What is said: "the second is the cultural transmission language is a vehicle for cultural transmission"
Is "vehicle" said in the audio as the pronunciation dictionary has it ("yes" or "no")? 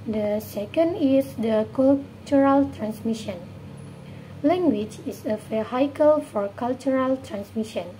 no